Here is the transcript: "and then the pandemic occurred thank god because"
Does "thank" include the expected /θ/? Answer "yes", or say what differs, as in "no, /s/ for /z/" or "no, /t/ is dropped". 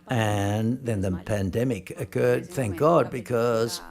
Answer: yes